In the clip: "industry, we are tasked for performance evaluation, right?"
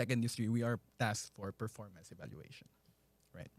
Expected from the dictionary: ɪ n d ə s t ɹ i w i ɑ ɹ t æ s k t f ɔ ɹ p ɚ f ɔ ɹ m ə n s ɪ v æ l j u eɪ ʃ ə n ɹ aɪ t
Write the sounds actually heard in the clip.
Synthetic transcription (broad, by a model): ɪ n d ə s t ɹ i w i ɑ ɹ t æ s t f ɔ ɹ p ɚ f ɔ ɹ m ə n s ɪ v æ l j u eɪ ʃ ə n ɹ aɪ t